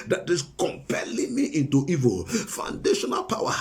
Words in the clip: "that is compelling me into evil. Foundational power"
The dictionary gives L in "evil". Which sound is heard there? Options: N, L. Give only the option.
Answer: L